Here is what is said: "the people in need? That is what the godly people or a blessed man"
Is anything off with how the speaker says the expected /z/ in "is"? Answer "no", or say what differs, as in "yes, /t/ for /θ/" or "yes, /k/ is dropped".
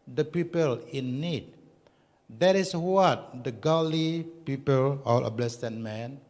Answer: yes, /s/ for /z/